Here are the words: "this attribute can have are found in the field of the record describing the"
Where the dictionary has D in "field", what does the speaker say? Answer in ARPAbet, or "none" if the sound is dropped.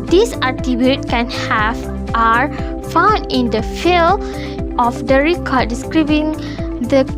none